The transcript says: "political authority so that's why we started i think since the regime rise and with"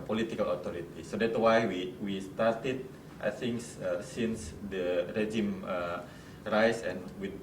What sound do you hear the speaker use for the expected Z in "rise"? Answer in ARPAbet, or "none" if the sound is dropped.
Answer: S